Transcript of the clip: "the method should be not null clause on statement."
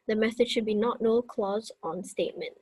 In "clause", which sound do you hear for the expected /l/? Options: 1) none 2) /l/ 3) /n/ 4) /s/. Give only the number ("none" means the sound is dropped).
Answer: 2